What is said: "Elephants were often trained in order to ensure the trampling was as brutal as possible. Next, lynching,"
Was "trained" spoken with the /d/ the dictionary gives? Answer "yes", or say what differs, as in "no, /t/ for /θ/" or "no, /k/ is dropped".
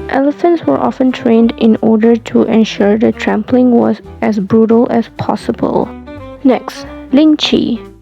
yes